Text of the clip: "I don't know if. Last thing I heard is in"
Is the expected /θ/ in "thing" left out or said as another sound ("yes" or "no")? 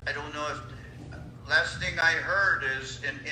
no